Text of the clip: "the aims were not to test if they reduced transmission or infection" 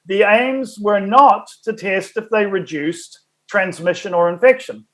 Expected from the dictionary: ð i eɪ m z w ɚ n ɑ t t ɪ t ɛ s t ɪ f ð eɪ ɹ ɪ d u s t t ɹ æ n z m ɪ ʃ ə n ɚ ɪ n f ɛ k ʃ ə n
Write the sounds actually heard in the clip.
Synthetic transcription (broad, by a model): ð i eɪ m z w ɚ n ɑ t t ɪ t ɛ s t ɪ f ð eɪ ɹ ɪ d u s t t ɹ æ n z m ɪ ʃ ə n ɚ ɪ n f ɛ k ʃ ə n